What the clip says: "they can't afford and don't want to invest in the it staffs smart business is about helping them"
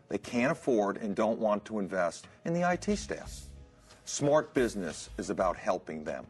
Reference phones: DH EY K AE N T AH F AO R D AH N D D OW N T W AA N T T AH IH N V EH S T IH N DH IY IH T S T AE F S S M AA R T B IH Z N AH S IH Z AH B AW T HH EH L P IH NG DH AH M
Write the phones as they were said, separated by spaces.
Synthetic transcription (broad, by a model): DH EY K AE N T AH F AO R D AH N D D OW N T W AA N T T AH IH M V EH S T IH N DH IY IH T S T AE S S M AA R T B IH Z N AH S IH Z AH B AW T HH EH L P IH NG DH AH M